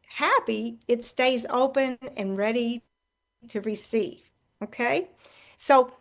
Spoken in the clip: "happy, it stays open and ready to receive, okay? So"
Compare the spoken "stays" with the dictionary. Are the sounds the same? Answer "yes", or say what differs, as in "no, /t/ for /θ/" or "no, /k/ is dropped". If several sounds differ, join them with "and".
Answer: yes